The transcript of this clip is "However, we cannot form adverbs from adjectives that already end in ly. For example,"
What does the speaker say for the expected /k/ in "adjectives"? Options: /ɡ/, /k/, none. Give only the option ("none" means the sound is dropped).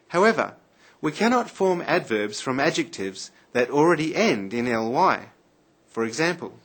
/k/